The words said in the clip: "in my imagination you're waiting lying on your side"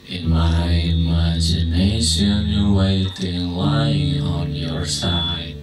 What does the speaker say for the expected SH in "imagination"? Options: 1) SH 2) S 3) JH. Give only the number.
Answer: 1